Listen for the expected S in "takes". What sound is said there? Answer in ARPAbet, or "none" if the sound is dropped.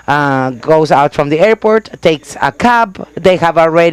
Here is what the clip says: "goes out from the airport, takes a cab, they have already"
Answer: S